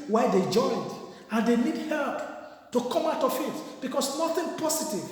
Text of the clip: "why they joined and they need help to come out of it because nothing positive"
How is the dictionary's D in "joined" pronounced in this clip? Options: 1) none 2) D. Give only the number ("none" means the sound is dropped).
2